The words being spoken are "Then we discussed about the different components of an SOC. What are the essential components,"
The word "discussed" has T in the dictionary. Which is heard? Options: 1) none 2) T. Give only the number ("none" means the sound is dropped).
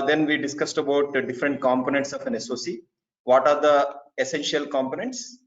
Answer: 2